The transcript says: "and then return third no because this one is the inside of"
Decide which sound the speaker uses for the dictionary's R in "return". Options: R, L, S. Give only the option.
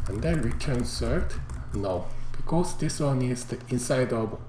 R